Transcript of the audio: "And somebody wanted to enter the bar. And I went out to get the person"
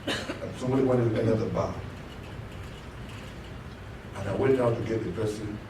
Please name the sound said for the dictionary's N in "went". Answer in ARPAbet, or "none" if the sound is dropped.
none